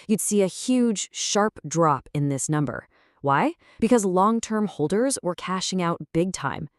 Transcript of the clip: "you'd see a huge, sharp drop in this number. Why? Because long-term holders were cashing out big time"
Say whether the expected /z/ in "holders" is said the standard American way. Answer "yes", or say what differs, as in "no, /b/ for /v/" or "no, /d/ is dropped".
yes